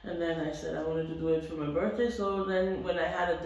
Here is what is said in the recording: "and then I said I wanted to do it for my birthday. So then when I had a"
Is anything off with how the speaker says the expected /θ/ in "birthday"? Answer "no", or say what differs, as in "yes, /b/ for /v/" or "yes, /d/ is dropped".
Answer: no